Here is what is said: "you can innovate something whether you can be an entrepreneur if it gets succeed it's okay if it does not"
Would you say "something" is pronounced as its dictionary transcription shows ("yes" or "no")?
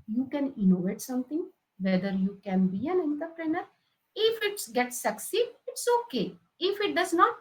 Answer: no